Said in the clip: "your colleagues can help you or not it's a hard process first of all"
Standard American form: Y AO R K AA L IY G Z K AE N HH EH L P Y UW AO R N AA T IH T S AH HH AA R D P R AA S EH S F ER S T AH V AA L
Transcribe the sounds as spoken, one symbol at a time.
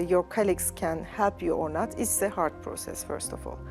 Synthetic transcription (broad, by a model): Y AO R K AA L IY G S K AE N HH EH P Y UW AO R N AA T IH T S AH HH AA R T P R AA S EH S F ER S T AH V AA L